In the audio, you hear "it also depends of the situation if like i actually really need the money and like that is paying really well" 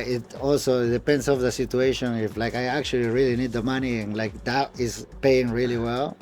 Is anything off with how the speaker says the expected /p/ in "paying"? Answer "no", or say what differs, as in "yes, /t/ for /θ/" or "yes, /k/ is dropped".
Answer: no